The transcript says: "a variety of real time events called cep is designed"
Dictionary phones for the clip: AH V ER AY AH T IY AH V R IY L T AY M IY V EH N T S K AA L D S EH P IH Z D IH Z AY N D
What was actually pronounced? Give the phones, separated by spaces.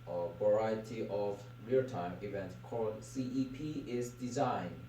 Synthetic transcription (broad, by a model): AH V ER AY AH T IY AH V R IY T AY M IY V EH N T K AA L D S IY P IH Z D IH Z AY N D